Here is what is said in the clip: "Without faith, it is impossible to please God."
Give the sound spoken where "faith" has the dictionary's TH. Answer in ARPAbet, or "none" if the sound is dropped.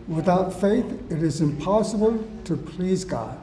TH